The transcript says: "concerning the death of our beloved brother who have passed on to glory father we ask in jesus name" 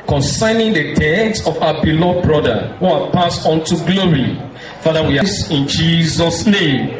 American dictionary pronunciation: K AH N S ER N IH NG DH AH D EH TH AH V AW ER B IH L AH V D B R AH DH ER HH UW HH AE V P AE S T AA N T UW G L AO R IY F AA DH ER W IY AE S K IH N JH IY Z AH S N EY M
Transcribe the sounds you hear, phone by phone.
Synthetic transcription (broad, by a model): K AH N S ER N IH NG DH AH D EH S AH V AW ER B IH L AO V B R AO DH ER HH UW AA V P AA S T AA N T UW G L AO R IY F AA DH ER W IY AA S IH N JH IY Z AH S N EY M